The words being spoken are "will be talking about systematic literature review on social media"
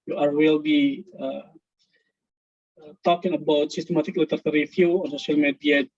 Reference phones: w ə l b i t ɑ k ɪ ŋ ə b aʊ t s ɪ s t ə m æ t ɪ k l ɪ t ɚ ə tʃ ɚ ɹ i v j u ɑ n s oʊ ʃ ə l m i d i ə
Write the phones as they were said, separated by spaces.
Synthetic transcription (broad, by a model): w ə l b i t ɑ k ɪ ŋ ə b aʊ t s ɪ s t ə m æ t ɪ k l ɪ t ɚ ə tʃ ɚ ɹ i f j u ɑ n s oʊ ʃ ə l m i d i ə